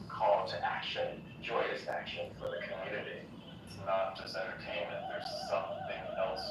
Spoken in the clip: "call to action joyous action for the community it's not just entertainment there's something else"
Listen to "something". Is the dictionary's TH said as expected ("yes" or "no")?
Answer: yes